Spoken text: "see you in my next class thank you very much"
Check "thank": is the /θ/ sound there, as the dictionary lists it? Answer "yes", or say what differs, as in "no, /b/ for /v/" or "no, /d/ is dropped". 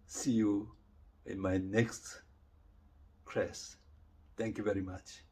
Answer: no, /t/ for /θ/